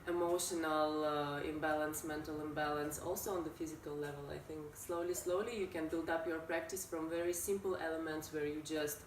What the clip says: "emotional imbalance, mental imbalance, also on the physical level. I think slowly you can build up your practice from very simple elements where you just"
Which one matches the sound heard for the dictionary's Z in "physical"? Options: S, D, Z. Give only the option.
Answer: Z